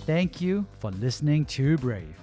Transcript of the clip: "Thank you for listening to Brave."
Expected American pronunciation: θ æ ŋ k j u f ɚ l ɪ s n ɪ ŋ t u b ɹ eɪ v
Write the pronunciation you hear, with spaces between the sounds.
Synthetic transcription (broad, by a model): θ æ ŋ k j u f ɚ l ɪ s n ɪ ŋ t u b ɹ eɪ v